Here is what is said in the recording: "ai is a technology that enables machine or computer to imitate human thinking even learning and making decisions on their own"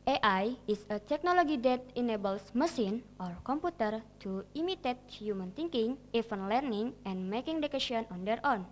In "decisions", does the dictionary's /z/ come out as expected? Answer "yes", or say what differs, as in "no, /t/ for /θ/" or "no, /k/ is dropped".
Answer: no, /z/ is dropped